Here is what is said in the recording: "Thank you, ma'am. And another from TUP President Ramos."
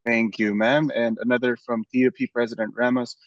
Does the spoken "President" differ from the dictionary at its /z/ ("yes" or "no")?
no